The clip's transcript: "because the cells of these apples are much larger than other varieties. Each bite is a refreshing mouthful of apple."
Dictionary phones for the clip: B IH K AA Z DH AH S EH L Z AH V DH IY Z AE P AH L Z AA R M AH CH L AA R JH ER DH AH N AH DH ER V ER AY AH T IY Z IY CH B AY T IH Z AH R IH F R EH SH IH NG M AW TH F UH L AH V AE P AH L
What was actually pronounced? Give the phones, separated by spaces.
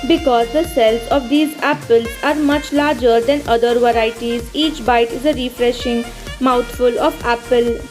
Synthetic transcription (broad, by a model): B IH K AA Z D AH S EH L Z AH V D IY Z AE P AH L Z AA R M AH CH L AA R JH ER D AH N AH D ER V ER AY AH T IY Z IY CH B AY T IH Z AH R IH F R EH SH IH NG M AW T F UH L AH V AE P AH L